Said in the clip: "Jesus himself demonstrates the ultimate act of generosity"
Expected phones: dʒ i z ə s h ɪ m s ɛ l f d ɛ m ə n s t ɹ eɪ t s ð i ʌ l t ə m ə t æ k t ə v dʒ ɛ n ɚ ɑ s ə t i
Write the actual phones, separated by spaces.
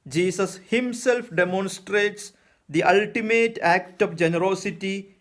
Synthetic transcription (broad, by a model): dʒ i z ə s h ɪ m s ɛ l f d ɛ m ə n s t ɹ eɪ t s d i ʌ l t ə m ə t æ k t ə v dʒ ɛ n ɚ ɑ s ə t i